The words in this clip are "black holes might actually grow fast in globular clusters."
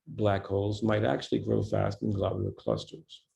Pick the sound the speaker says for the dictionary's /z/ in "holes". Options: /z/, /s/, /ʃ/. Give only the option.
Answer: /z/